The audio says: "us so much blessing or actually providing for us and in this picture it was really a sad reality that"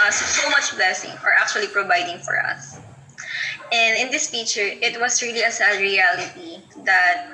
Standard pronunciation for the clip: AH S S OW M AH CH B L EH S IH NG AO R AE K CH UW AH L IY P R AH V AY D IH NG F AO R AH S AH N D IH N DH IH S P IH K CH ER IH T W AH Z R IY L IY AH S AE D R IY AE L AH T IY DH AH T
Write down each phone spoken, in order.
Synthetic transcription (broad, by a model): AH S S OW M AH CH B L EH S IH NG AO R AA K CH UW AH L IY P R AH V AY D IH NG F AO R AH S AH N D IH N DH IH S F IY CH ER IH T W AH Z R IY L IY AH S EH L R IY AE L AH T IY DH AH T